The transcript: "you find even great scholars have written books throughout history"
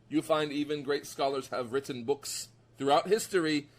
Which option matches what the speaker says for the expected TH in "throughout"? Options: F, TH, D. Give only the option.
TH